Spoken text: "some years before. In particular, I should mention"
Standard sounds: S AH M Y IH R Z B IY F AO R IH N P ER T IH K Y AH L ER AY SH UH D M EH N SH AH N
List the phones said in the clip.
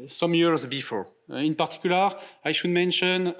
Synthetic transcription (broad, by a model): S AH M Y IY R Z B IY F AO R IH N P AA T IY K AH L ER AY SH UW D M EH N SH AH N